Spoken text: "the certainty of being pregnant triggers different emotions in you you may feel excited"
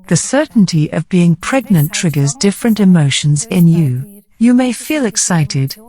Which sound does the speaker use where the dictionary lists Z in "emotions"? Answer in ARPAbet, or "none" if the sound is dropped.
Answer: Z